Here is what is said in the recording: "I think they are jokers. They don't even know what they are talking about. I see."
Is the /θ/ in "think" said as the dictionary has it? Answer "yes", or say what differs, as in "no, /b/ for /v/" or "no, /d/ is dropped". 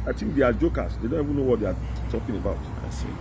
no, /t/ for /θ/